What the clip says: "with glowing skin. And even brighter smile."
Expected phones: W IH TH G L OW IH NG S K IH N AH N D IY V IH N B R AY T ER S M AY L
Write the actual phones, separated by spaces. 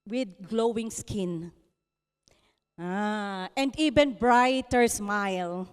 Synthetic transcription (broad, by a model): W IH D G L OW IH NG S K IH N AH N D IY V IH N B R AY T ER S M AY L